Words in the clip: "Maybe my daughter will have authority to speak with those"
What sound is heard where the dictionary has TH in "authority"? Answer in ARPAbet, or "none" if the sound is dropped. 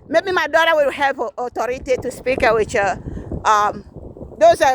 T